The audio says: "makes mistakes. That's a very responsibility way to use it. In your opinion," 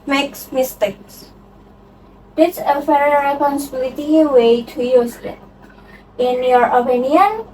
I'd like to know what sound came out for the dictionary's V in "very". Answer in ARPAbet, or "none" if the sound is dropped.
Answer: F